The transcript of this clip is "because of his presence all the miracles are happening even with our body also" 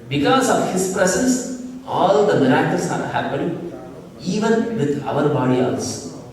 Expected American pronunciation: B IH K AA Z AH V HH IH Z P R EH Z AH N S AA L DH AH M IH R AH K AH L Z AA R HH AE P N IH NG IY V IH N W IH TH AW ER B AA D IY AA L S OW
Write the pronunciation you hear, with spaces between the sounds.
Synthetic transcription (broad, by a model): B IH K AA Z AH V HH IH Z P R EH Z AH N S AA L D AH M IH R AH K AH L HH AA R HH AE P IH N IY V IH N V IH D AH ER B AA D IY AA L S